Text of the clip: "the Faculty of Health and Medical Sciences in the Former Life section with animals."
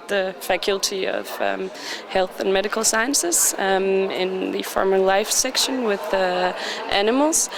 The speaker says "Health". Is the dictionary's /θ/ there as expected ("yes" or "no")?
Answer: yes